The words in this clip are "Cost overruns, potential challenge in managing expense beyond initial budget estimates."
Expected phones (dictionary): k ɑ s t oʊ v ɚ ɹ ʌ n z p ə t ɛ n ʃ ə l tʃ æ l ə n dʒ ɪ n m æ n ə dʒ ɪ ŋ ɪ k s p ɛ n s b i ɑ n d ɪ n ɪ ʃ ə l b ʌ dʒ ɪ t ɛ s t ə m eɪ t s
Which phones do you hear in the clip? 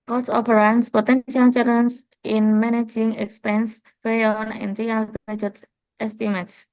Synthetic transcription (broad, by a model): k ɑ s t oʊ p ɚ ɹ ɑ n s p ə t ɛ n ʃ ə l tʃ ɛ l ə n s ɪ n m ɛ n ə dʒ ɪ ŋ ɪ k s p ɛ n s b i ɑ n ɪ n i ə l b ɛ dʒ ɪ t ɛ s t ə m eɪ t s